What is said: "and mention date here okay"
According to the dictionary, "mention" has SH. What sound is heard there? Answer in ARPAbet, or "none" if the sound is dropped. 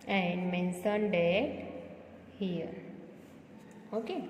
S